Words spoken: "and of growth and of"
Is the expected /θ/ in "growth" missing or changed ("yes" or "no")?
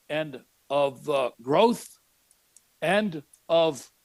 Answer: no